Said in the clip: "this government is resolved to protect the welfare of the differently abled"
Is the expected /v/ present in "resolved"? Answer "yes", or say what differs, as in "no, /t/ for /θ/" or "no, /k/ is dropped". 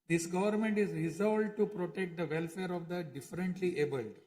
no, /v/ is dropped